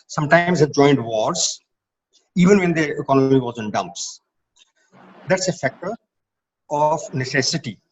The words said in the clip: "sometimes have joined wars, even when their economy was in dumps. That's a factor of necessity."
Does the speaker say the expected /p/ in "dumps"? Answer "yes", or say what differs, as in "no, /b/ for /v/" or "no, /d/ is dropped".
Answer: yes